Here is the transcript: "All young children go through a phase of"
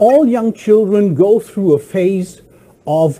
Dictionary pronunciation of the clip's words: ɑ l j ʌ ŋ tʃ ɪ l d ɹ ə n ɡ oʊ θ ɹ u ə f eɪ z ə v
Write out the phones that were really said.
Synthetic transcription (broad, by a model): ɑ l j ʌ ŋ tʃ ɪ l d ɹ ə n ɡ oʊ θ ɹ u ə f eɪ z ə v